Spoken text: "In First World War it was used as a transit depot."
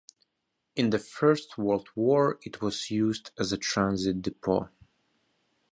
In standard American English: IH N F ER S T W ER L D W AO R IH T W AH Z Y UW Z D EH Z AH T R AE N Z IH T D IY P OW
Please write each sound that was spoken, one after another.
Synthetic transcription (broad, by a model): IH N F ER S T W ER L D W AO R IH T W AH Z Y UW Z D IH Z AH T R AE N Z IH T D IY P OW